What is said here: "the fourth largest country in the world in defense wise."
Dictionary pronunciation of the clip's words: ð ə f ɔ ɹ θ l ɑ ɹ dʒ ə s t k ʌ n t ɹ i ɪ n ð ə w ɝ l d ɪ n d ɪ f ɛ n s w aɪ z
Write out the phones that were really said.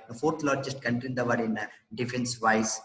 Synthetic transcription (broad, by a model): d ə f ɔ ɹ t l ɑ ɹ dʒ ə s t k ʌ n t i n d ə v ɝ d ɪ n d ɪ f ɛ n s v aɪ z